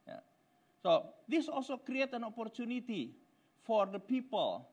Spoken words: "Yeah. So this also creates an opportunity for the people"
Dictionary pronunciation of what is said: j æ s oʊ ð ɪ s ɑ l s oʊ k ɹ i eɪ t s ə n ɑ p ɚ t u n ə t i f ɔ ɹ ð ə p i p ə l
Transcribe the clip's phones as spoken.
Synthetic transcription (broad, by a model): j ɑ s oʊ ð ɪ s ɑ l s oʊ k ɹ i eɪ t ə n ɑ p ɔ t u n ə t i f ɔ ɹ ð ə p i p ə l